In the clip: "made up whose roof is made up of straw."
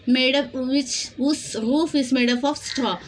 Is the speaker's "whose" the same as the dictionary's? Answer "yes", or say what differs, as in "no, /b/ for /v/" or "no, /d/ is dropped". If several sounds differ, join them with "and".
no, /s/ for /z/